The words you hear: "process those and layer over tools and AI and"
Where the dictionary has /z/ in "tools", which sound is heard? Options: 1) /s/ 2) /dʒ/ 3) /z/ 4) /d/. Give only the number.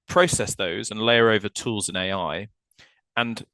3